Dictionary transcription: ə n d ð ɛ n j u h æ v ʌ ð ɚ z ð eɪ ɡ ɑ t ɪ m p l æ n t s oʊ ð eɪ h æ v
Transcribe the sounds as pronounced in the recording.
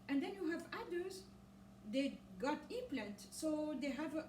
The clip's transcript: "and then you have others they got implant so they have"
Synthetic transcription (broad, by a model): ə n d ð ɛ n j u h æ v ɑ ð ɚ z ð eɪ ɡ ɑ t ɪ p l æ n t s oʊ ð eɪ h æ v